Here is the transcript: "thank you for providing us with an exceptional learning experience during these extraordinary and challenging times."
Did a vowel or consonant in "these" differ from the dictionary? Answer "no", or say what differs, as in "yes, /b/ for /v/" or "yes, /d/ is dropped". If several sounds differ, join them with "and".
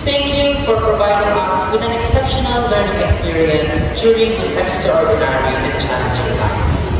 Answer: yes, /s/ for /z/